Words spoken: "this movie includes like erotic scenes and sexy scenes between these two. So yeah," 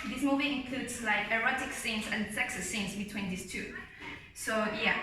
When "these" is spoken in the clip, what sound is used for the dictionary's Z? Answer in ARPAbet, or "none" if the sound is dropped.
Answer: S